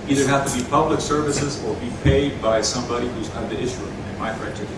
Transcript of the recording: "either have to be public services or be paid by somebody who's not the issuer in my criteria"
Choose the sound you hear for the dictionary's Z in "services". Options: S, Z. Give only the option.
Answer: Z